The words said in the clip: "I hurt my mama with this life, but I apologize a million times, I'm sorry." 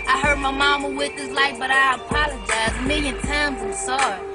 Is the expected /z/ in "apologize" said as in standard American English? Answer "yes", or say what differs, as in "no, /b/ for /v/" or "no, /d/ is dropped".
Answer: yes